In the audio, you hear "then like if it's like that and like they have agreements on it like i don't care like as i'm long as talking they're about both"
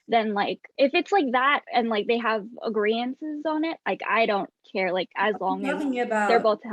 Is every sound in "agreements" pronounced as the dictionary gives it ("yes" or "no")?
no